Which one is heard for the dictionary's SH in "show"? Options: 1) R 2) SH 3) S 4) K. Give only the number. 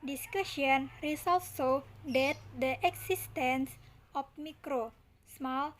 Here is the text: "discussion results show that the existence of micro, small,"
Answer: 3